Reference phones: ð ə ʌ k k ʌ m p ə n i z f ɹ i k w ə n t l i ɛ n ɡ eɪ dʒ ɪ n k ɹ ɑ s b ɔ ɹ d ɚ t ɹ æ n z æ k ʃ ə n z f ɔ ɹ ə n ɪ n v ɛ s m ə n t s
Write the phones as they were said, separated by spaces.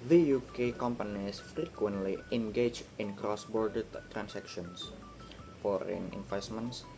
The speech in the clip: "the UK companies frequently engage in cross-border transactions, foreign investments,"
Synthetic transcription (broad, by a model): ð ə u k k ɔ m p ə n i s f ɹ i k w ə n t l i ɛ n ɡ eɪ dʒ ɪ n k ɹ ɑ s b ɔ ɹ d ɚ t ɹ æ n s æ k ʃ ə n s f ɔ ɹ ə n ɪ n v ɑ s m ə n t s